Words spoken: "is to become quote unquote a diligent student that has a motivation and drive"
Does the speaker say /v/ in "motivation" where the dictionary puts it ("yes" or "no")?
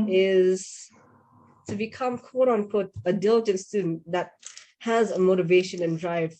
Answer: yes